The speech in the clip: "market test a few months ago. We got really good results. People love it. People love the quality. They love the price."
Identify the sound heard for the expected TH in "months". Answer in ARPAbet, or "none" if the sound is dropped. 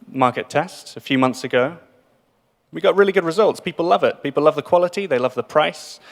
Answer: TH